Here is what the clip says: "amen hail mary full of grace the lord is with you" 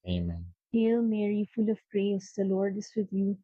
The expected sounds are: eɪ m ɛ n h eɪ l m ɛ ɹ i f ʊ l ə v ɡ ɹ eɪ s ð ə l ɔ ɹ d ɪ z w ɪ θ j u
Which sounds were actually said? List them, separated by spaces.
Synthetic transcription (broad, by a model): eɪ m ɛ n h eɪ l m ɛ ɹ i f ʊ l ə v ɡ ɹ eɪ s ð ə l ɔ ɹ d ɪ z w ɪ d j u